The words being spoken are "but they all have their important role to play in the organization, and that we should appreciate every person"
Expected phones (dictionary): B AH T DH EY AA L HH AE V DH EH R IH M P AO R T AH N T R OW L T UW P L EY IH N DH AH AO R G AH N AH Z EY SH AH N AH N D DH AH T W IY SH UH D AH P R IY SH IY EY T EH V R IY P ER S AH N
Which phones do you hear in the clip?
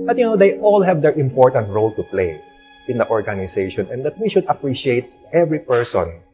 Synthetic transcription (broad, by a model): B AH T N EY AA L HH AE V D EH R IH M P AO R T AH N T R OW L T UW P L EY IH N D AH AO R G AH N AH S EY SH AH N AH N D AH T W IY SH UH D AH P R IY SH IY EY T EH V R IY P ER S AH N